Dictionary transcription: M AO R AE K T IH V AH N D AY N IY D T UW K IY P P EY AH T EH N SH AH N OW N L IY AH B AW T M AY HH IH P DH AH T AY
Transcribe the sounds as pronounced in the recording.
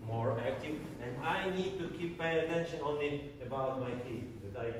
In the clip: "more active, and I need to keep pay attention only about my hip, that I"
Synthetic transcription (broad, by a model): M AO R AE K T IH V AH N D AY N IY D T UW K IY P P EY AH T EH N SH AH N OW N IY AH B AW T M AY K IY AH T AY